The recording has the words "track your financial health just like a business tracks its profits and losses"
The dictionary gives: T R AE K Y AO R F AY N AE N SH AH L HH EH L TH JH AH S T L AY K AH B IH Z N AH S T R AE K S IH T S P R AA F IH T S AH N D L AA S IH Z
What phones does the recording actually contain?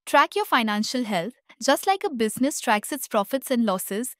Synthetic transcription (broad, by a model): T R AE K Y AO R F AY N AE N SH AH L HH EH L T JH AH S T L AY K AH B IH Z N AH S T R AE K S IH T S P R AA F IH T S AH N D L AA S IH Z